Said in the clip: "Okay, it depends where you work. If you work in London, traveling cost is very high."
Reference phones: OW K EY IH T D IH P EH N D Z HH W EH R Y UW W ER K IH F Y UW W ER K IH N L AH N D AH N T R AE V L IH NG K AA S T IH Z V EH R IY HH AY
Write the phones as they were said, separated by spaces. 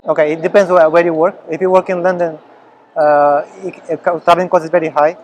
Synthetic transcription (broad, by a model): OW K EY IH T D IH P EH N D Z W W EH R Y UW W ER K IH F Y UW W ER K IH N L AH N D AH N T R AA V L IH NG K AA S IH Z V EH R IY HH AY